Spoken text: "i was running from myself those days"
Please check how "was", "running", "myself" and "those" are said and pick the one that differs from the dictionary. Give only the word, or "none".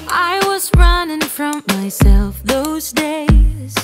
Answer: none